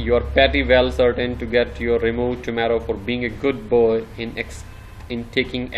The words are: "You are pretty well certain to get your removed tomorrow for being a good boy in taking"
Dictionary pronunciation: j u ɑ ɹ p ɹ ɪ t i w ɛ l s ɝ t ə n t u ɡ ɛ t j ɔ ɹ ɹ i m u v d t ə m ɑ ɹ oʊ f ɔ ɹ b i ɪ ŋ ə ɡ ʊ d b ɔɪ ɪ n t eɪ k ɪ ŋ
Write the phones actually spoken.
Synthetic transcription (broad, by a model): j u ɑ ɹ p ɛ t i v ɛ l s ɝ t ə n t u ɡ ɛ t j ɔ ɹ ɹ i m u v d t ə m ɑ ɹ oʊ f ɔ ɹ b i ɪ ŋ ə ɡ ʊ d b ɔɪ ɪ n t eɪ k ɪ ŋ